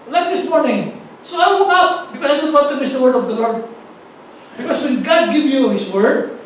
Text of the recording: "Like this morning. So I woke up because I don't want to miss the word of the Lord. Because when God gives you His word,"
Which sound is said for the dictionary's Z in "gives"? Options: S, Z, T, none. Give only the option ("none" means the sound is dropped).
none